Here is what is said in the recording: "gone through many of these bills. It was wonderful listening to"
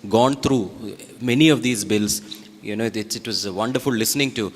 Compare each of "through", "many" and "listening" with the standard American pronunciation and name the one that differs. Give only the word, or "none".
through